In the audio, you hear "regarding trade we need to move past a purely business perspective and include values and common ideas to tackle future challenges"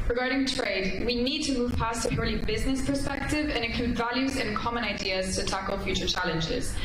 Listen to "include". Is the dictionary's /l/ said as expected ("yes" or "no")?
no